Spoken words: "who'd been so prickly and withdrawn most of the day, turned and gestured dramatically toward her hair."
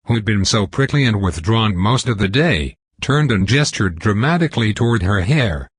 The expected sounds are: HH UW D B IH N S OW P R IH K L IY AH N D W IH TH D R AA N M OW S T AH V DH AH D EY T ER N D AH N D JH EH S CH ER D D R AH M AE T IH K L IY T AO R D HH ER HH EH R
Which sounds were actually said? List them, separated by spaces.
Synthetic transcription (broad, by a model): HH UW D B IH N S OW P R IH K L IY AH N W IH TH D R AA N M OW S T AH V DH AH D EY T ER N D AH N JH EH S CH ER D D R AH M AE T IH K L IY T AO R D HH ER HH EH R